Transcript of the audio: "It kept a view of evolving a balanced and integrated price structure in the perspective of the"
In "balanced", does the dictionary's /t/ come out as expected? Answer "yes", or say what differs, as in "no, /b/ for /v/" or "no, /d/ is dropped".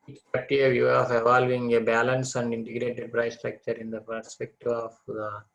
no, /t/ is dropped